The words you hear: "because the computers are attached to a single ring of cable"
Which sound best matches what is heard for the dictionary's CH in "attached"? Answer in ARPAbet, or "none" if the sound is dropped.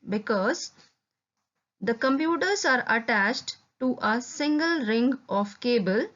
CH